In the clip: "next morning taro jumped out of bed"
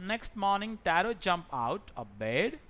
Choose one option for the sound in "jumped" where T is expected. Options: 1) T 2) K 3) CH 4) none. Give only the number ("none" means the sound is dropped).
4